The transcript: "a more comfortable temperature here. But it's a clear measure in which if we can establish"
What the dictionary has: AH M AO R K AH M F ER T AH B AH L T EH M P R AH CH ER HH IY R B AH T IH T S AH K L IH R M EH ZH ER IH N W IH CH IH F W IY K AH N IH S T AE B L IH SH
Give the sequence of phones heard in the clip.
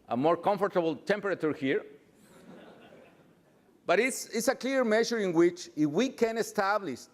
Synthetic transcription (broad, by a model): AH M AO R K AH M F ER T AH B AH L T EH M P R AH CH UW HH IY R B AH T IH S S AH K L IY R M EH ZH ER IH N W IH CH IH F W IY K AH N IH S T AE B L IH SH